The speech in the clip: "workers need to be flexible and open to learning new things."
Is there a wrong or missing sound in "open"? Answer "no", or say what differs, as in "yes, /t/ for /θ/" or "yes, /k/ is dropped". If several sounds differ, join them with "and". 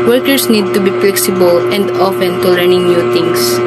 yes, /f/ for /p/